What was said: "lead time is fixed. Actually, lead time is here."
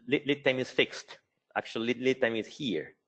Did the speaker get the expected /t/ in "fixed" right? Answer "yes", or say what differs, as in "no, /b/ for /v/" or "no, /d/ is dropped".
yes